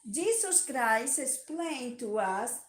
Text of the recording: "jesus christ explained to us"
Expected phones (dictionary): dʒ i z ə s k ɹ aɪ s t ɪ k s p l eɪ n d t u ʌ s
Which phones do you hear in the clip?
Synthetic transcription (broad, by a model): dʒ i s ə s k ɹ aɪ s ɪ s p l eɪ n t u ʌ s